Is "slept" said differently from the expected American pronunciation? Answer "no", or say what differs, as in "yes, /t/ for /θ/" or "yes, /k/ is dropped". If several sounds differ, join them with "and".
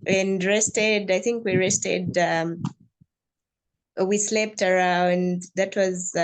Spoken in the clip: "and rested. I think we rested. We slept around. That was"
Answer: no